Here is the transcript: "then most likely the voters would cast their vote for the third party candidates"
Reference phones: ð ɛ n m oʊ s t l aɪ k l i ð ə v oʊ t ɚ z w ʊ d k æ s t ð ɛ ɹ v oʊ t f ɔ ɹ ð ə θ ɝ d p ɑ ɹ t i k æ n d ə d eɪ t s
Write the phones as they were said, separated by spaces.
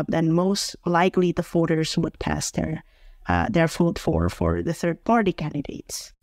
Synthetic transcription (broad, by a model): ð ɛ n m oʊ s t l aɪ k l i ð ə f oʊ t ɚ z w ʊ d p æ s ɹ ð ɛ ɹ f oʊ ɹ f ɔ ɹ ð ə θ ɝ d p ɑ ɹ t i k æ n d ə d eɪ t s